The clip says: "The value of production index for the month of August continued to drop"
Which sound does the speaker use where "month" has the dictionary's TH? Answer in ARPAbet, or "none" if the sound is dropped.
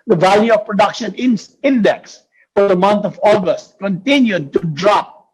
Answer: T